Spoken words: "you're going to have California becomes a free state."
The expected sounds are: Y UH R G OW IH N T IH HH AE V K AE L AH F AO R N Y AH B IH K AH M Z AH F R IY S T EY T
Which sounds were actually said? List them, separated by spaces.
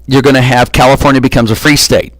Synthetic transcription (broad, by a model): Y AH R G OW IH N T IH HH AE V K AE L AH F AO R N Y AH B IH K AH M Z AH F R IY S T EY T